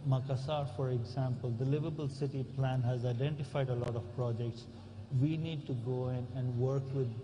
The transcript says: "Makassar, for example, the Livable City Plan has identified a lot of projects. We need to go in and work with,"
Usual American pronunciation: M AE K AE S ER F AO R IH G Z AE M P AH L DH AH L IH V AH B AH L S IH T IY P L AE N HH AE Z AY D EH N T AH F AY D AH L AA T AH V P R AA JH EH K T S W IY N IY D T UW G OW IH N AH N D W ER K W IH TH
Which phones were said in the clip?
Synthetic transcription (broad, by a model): M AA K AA S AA F AO R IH G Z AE M P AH L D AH L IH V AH B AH L S IH T IY P L AE N HH AE Z AY D EH N T AH F AY D AH L AA T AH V P R AA JH EH K T S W IY N IY D T UW G OW IH N AH N D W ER K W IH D